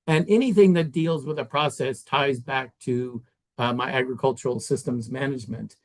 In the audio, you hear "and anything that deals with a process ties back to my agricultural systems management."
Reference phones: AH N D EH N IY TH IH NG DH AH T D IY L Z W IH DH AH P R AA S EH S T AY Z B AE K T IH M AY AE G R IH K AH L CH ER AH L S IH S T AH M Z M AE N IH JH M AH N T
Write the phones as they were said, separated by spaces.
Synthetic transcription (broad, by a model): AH N EH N IY TH IH NG DH AH T D IY L Z W IH DH AH P R AA S EH S T AY Z B AE K T IH M AY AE G R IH K AH L CH ER L S IH S T AH M Z M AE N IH JH M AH N T